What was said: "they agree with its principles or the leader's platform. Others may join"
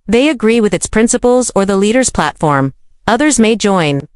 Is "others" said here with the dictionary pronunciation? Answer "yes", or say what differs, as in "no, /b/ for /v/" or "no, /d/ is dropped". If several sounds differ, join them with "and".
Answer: yes